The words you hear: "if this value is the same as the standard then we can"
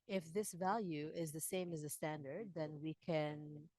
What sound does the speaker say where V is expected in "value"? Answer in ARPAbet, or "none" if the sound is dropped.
V